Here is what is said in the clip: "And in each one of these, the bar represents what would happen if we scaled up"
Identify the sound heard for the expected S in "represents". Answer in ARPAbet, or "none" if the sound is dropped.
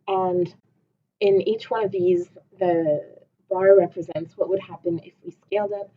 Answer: S